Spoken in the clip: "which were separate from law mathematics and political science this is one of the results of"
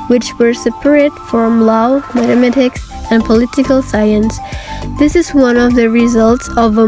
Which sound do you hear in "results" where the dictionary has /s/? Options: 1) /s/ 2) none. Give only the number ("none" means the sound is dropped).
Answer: 1